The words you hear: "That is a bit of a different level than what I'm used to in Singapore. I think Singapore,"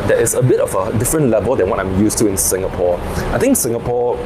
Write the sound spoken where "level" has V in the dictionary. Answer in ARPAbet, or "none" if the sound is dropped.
V